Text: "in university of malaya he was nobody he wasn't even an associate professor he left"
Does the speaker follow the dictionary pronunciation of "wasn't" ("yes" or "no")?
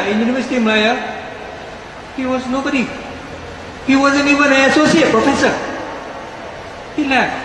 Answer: no